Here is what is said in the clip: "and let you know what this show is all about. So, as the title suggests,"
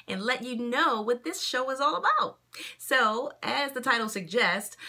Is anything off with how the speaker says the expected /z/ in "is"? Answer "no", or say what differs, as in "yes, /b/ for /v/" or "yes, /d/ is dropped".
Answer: no